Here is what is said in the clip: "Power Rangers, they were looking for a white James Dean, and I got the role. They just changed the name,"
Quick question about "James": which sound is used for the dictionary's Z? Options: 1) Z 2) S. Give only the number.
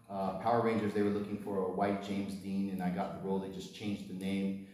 1